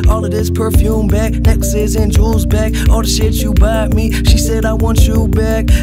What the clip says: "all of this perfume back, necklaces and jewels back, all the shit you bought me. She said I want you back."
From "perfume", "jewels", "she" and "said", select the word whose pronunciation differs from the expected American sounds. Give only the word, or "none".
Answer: jewels